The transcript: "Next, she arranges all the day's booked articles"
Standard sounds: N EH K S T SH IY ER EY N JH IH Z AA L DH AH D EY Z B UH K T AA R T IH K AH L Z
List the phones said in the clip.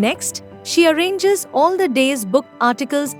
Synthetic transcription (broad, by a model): N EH K S T SH IY ER EY N JH IH Z AA L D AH D EY Z B UH K AA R T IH K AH L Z